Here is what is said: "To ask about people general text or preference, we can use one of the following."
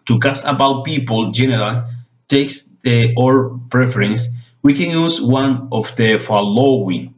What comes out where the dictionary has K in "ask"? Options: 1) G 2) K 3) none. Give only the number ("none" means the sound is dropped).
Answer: 3